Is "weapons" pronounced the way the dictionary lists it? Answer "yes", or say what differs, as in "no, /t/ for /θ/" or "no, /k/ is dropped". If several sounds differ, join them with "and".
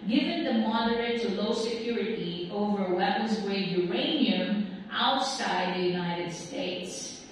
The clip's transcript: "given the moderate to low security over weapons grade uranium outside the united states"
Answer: yes